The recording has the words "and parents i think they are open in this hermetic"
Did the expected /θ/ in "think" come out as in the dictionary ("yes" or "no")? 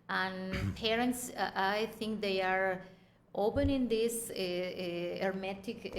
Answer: no